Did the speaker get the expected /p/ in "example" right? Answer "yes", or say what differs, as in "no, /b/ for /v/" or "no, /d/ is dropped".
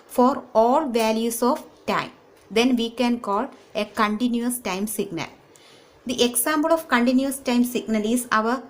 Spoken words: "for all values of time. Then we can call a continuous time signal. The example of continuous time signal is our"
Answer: no, /b/ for /p/